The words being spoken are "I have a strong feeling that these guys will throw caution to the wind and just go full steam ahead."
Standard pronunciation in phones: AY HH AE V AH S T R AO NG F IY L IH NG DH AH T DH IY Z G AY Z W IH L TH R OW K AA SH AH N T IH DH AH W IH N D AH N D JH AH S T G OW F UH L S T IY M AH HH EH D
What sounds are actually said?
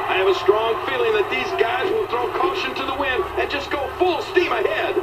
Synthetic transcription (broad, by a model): AY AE V AH S T R AO NG F IY L IH NG DH AH T DH IY Z G AY Z W IH L TH R OW K AA SH AH N T IH DH AH W IH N AH N JH AH S G OW F UH L S T IY M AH HH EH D